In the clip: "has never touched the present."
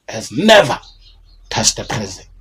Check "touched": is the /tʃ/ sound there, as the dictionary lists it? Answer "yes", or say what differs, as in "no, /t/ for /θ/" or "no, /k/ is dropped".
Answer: no, /s/ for /tʃ/